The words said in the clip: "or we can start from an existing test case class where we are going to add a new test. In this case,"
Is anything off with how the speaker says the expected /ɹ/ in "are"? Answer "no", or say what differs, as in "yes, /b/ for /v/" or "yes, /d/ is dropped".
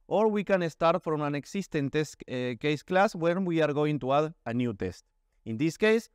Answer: no